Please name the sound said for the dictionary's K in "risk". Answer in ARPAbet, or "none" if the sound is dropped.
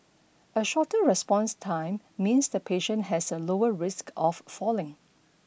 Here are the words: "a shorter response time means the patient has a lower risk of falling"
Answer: K